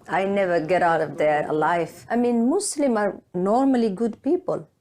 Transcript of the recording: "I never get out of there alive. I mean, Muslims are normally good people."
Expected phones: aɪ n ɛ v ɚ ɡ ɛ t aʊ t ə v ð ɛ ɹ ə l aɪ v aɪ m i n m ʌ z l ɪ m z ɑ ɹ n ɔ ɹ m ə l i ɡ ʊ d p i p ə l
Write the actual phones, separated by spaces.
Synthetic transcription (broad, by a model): aɪ n ɛ v ɚ ɡ ɛ t aʊ t ə v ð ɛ ɹ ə l aɪ f aɪ m i n m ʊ s l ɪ m ɑ ɹ n ɔ ɹ m ə l i ɡ ʊ d p i p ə l